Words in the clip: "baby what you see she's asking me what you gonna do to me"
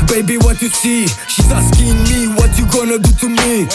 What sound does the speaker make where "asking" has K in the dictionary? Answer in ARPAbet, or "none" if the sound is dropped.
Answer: K